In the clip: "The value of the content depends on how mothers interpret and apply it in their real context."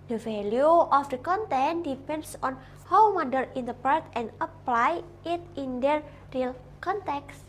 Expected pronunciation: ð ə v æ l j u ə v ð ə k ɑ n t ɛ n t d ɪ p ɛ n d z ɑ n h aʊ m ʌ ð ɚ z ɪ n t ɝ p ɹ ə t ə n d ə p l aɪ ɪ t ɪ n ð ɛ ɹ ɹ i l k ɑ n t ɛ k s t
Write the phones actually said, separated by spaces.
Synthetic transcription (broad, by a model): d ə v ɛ l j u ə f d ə k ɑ n t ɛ n d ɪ p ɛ n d s ɑ n h aʊ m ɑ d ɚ ɪ n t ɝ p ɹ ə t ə n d ə p l aɪ ɪ t ɪ n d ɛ ɹ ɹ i l k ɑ n t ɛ k s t